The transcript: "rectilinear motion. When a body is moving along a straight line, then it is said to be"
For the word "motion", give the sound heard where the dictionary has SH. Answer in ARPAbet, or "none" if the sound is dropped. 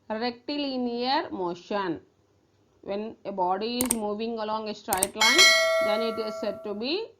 SH